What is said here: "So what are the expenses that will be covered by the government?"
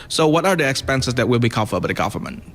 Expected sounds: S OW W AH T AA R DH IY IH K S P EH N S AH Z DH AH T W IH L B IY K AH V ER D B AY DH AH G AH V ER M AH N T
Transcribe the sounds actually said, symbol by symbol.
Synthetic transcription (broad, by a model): S OW W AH T AA R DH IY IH K S P EH N S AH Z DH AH T W IH L B IY K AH F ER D B AY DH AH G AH V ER M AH N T